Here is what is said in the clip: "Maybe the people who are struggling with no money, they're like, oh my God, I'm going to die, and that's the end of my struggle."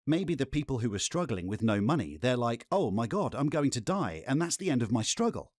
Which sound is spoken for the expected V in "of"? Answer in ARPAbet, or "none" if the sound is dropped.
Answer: V